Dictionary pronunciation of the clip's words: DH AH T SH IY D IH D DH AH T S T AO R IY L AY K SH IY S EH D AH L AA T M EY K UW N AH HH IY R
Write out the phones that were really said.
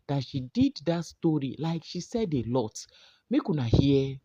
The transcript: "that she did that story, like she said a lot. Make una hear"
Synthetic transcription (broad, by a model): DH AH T SH IY D IH D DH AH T S T AO R IY L AY K SH IY S EH D AH L AA T M EY K UW N AH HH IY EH